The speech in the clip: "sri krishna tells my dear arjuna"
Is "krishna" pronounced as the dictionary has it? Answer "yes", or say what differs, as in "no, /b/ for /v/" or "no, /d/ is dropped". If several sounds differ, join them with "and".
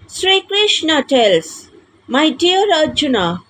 yes